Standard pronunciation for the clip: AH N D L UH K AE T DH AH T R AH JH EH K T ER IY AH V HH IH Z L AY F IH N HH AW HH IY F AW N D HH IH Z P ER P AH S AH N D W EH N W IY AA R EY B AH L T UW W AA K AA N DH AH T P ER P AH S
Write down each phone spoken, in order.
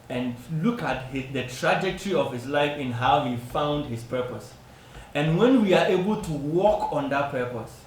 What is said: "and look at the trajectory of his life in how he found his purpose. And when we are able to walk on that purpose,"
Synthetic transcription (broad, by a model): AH N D L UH K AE T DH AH T R AH JH EH K T ER IY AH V HH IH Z L AY F IH N HH AW HH IY F AW N D HH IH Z P ER P AH S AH N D W EH N W IY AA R EY B AH L T UW W AA K AA N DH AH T P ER P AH S